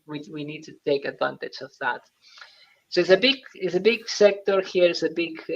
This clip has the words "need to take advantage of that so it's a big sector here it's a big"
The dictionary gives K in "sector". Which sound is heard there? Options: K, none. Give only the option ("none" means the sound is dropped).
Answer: K